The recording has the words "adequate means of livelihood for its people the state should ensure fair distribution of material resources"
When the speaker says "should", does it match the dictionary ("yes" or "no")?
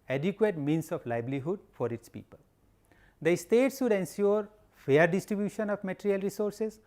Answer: no